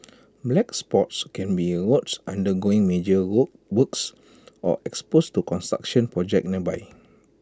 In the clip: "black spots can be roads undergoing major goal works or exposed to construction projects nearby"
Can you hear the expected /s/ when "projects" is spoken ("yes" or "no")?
no